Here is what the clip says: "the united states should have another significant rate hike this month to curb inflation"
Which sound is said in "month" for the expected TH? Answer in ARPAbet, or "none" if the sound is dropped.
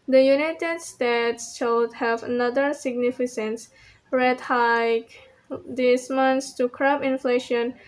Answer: S